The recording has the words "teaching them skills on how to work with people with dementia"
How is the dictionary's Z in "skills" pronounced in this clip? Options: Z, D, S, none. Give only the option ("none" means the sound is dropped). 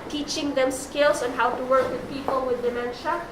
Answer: S